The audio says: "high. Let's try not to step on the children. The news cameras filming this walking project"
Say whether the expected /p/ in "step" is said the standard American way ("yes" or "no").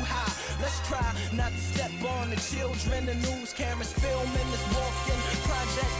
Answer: no